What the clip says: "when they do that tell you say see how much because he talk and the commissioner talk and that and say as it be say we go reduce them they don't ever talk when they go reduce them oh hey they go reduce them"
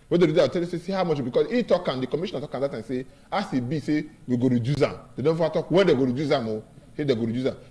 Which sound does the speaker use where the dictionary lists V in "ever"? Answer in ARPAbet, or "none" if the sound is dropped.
none